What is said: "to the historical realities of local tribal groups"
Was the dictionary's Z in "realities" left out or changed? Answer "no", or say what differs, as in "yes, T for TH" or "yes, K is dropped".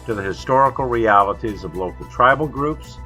no